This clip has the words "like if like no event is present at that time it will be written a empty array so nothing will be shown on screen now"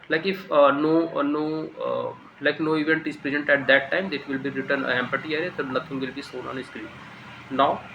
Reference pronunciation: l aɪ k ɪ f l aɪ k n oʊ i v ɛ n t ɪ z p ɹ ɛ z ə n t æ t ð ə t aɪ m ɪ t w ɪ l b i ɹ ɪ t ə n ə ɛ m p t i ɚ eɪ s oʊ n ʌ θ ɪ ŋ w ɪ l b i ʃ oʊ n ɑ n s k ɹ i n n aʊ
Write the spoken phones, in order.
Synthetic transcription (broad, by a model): l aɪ k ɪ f l aɪ k n oʊ i v ɛ n t ɪ z p ɹ ɛ z ə n t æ t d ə t aɪ m ɪ t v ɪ l b i ɹ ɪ t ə n ə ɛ m p t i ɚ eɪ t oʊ n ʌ t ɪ ŋ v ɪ l b i s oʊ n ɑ n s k ɹ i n n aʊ